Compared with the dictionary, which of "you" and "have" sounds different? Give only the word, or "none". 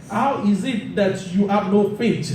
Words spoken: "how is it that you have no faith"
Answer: have